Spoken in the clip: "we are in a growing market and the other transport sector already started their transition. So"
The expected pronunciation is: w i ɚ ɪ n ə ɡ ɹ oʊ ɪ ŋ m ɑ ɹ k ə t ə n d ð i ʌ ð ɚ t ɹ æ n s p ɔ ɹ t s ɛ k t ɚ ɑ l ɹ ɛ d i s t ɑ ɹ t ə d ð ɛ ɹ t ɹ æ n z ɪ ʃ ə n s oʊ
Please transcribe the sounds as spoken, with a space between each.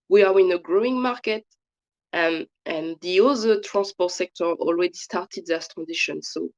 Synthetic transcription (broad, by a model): w i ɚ ɪ n ə ɡ ɹ oʊ ɪ ŋ m ɑ ɹ k ə t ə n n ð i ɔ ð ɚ t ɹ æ n s p ɔ t s ɛ k t ɚ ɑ l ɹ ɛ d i s t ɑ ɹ t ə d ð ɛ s t ɹ æ n z ɪ ʃ ə n s oʊ